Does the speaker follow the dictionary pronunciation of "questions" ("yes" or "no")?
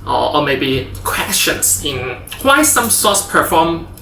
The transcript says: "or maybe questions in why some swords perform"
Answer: no